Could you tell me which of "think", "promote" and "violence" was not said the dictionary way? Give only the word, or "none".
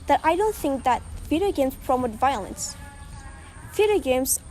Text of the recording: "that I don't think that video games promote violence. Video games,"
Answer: none